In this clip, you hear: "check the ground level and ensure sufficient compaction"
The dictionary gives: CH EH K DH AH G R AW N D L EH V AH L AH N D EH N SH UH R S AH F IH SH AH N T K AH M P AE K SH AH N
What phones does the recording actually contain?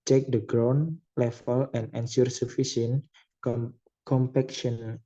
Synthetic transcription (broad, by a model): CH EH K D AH G R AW N L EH F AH L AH N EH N S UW R S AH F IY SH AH N K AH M P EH K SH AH N